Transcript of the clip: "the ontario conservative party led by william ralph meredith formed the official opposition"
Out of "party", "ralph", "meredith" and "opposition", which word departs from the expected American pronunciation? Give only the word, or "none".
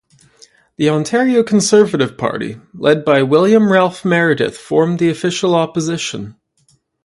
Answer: none